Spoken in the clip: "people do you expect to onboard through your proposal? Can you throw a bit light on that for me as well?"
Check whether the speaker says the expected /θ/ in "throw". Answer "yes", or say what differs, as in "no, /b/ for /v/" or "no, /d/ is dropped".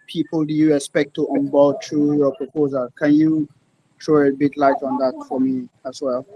no, /t/ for /θ/